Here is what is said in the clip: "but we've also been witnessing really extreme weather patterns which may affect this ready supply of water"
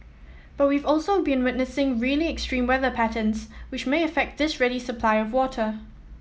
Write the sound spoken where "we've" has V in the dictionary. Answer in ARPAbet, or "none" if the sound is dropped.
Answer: V